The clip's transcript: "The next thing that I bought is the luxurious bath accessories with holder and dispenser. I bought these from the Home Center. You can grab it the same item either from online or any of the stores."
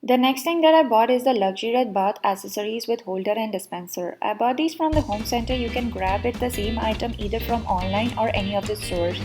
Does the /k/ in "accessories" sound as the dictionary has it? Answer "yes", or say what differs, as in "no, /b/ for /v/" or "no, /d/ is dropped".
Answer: no, /k/ is dropped